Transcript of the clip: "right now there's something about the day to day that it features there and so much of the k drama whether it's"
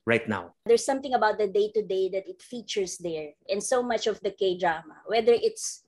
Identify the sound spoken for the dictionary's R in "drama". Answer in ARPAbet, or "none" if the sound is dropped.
R